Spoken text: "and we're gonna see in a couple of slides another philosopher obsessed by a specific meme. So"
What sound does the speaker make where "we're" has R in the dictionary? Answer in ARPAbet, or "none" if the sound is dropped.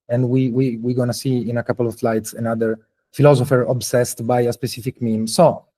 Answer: W